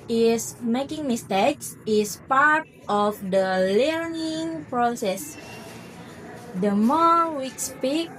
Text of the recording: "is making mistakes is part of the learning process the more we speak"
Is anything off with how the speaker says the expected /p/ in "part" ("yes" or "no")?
no